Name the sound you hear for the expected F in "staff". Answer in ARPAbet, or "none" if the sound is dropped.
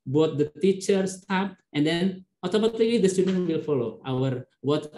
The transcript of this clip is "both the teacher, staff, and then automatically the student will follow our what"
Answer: P